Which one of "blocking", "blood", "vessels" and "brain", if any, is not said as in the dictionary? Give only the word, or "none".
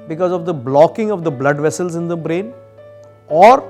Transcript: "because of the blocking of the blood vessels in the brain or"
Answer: none